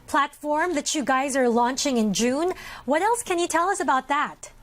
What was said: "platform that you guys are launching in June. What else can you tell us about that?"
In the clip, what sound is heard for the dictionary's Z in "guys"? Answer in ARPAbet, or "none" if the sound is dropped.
Z